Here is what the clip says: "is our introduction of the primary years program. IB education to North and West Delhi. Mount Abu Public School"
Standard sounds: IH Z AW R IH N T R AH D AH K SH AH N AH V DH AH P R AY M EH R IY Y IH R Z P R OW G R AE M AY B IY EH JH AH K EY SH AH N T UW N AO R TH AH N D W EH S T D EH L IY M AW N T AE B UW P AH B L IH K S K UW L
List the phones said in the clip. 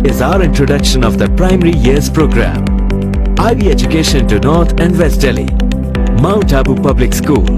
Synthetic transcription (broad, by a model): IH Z AW R IH N T R AH D AH K SH AH N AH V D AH P R AY M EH R IY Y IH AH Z P R OW G R AE M AY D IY EH JH AH K EY SH AH N T UW N AO R T AH N D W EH S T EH L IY M AW N T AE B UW P AH B L IH K S K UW L